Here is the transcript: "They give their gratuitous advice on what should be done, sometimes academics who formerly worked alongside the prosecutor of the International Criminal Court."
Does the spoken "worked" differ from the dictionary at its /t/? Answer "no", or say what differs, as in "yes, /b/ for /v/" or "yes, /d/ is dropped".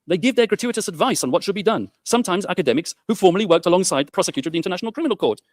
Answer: no